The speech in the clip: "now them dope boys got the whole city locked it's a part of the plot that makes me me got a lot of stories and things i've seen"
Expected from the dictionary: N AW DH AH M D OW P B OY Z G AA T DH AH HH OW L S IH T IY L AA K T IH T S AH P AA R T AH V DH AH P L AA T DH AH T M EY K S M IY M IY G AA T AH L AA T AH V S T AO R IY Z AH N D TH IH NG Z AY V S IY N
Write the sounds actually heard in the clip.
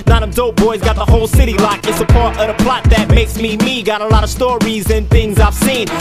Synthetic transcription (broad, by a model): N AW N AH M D OW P B OY Z G AA T DH AH HH OW L S IH T IY L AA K IH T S AH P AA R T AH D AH P L AA T DH AH T M EY K S M IY M IY G AA T AH L AA T AH V S T AO R IY Z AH N TH IH NG Z AY V S IY N